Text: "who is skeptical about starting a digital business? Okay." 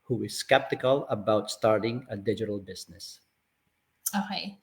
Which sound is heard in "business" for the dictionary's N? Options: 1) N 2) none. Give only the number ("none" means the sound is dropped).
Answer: 1